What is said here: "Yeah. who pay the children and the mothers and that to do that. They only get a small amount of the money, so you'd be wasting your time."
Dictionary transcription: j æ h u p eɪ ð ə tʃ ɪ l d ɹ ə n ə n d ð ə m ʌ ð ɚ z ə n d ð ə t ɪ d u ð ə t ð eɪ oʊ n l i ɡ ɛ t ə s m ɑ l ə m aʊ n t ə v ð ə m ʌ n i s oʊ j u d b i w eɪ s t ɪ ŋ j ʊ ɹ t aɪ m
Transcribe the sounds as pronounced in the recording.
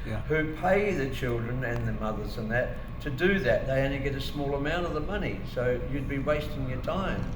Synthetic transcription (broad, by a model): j h u p eɪ ð ə tʃ ɪ l d ɹ ə n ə n ð ə m ʌ ð ɚ z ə n ð ə t ɪ d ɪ ð ə t ð eɪ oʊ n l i ɡ ɛ t ə s m ɑ l ə m aʊ n t ə v ð ə m ʌ n i s oʊ j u d b i w eɪ s t ɪ ŋ j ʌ ɹ t aɪ m